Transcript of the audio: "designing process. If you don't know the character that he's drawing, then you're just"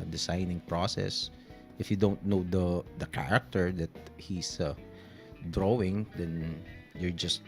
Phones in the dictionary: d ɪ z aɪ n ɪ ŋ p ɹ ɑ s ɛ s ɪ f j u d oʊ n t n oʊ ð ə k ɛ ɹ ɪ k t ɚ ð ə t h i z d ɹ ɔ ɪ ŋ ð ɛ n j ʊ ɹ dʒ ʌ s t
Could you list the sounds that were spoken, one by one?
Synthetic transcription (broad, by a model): d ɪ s aɪ n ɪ ŋ p ɹ ɑ s ɛ s ɪ f j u d oʊ n t n oʊ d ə k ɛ ɹ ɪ k t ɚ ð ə t h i s d ɹ ɔ ɪ ŋ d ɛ n j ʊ ɹ dʒ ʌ s t